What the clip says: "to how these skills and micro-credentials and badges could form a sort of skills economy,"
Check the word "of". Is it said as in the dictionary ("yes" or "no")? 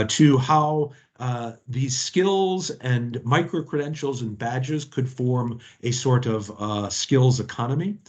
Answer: yes